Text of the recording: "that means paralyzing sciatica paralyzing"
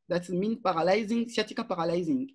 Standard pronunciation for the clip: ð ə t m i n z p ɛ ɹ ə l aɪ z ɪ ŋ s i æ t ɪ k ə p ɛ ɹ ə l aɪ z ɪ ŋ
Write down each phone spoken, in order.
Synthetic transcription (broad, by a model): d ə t m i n p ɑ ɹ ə l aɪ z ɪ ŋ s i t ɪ k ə p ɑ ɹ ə l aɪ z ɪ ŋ